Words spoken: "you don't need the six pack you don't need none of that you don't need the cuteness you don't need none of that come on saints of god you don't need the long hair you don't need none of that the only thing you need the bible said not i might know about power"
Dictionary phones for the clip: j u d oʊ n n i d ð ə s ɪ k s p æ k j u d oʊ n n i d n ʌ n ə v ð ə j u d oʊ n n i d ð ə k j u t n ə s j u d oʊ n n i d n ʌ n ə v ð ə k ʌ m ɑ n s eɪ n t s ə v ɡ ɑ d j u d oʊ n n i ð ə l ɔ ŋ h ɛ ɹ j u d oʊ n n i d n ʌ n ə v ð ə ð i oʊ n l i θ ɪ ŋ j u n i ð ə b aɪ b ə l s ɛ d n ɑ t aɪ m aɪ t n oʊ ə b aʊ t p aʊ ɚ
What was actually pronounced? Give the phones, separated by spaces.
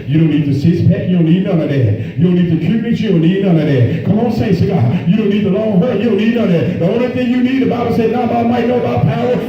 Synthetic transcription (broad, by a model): j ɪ d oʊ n n i d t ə s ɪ s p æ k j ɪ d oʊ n n i d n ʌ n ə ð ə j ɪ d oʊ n n i d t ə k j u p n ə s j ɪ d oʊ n n i d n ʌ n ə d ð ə k ʌ m ɑ n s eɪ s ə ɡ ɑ j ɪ d oʊ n n i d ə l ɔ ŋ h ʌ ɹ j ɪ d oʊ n n i d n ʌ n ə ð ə ð i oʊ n l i θ ɪ ŋ j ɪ n i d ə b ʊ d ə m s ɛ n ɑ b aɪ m aɪ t n oʊ ə b aʊ t p aʊ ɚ